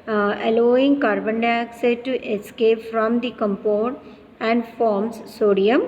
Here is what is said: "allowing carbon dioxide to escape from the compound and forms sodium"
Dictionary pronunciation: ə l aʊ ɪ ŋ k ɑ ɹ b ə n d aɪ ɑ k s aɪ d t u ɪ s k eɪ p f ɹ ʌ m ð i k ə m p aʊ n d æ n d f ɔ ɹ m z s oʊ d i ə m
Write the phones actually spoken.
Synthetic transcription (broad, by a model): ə l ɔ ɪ ŋ k ɑ ɹ b ə n d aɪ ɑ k s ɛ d t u ɪ s k eɪ p f ɹ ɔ m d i k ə m p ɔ d æ n d f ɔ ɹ m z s oʊ d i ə m